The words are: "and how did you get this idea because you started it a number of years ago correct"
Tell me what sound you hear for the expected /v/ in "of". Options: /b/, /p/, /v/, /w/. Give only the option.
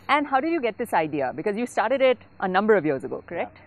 /v/